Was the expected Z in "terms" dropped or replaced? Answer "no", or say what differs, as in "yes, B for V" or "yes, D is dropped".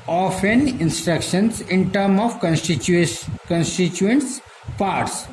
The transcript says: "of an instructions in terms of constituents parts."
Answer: yes, Z is dropped